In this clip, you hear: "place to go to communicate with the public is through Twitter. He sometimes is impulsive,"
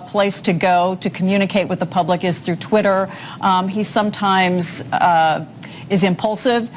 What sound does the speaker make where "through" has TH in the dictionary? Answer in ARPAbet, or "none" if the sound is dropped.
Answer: TH